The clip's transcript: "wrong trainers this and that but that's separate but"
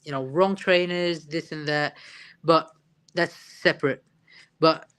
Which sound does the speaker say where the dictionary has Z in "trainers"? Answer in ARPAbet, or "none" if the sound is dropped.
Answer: Z